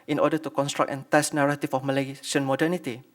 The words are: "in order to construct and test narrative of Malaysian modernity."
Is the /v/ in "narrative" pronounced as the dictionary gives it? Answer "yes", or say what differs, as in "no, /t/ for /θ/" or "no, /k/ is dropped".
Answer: no, /f/ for /v/